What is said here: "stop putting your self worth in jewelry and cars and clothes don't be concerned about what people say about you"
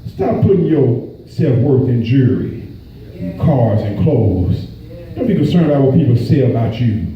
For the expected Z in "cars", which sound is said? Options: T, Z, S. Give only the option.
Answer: Z